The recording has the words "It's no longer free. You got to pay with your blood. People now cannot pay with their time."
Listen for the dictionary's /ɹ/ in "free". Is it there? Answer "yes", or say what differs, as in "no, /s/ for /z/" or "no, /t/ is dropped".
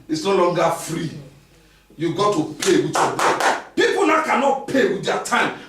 yes